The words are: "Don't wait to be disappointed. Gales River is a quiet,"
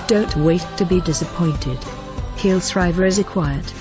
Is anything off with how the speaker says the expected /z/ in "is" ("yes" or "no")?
no